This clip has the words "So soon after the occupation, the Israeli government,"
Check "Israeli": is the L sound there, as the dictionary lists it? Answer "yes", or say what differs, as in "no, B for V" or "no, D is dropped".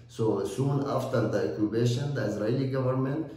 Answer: no, L is dropped